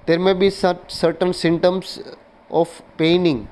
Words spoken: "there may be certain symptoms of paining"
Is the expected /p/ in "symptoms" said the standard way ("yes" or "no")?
no